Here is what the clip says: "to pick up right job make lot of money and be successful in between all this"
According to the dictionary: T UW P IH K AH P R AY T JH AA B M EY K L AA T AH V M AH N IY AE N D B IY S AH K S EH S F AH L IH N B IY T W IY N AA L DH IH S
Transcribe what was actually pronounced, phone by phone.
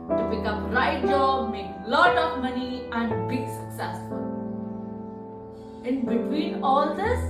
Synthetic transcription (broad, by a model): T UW B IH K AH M R AY T JH AA B M EY K L AA T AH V M AH N IY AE N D B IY S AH K S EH S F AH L IH N B IY T W IY N AA L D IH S